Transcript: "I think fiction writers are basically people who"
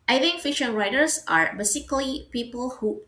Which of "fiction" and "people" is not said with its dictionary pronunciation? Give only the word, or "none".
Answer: fiction